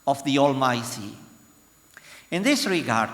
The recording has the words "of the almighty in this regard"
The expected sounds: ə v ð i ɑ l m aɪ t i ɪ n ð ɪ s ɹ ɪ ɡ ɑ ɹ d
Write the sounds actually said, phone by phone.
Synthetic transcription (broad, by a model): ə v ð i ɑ l m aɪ s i ɪ n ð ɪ s ɹ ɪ ɡ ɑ ɹ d